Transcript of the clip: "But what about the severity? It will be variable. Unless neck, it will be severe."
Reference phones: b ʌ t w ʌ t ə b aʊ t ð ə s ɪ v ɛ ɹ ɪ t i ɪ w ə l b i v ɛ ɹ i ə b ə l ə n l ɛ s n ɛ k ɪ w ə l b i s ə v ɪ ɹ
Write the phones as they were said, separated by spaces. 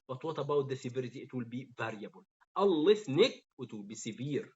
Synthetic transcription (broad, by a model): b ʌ t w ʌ t ə b aʊ t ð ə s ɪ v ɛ ɹ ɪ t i ɪ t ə l b i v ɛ ɹ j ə b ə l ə l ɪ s n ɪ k ɪ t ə l b i s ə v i ɹ